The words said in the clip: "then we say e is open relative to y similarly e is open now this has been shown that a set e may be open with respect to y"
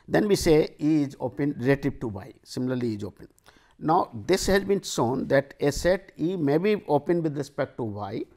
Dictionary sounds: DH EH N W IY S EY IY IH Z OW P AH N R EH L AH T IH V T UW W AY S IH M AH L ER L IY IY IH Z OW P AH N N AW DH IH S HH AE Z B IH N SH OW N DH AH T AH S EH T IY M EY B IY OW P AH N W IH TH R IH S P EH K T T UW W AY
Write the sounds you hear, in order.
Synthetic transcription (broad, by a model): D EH N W IY S EY IY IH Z OW P AH N R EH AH T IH P T UW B AY S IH M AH L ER L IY IY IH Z OW P AH N N AW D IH S HH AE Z B IH N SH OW N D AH T AH S EH T IY M EY B IY OW P AH N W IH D R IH S P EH K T T UW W AY